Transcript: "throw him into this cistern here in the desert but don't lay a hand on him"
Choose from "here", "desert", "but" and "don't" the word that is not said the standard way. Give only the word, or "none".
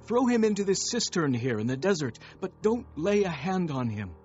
none